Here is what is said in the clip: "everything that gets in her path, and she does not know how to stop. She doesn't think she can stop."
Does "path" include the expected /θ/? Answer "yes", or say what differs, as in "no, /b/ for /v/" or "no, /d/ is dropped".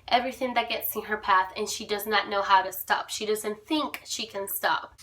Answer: yes